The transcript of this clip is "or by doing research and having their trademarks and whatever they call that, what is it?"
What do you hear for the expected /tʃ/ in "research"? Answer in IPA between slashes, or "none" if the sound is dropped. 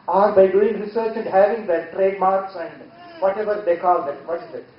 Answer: /tʃ/